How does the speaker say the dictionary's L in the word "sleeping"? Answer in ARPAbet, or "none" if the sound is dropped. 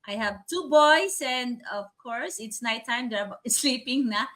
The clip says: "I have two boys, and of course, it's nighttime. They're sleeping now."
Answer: L